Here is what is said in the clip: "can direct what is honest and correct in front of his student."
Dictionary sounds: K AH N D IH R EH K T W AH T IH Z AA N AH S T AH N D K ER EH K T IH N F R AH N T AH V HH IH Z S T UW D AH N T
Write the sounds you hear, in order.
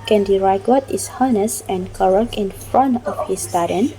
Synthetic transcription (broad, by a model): K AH N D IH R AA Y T W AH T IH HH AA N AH S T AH N K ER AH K IH N F R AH N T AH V HH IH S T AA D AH N